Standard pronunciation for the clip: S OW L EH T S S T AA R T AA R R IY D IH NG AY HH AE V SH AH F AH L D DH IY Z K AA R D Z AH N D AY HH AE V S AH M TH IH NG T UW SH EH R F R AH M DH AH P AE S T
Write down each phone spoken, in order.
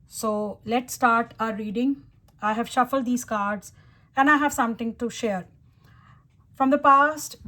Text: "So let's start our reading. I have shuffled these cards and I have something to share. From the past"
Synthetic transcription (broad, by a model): S OW L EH T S S T AA R T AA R R IY D IH NG AY HH AE V SH AH F AH L D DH IY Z K AA R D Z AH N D AY HH AE V S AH M T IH NG T UW SH EH R F R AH M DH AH P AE S T